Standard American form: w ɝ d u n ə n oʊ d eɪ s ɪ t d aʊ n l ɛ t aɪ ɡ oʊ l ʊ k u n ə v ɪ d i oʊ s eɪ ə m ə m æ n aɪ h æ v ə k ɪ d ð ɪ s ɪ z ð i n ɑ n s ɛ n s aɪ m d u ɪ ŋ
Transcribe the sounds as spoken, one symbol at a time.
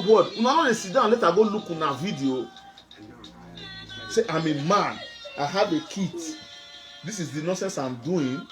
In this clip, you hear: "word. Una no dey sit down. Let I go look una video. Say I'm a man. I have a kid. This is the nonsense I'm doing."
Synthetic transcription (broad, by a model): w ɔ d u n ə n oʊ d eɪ s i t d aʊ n l ɛ t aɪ ɡ oʊ l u k u n ə v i d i oʊ s eɪ ə m ə m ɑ n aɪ h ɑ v ə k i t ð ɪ s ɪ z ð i n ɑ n s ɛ n s aɪ m d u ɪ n